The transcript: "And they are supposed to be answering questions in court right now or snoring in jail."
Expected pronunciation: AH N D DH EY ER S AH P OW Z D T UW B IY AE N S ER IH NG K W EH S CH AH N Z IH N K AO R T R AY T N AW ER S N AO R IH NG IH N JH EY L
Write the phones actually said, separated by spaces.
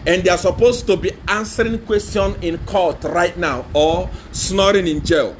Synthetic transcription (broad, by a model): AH N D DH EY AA S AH P OW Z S T UW B IY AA N S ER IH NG K W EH S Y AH N IH N K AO T R AY T N AW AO S N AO R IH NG IH N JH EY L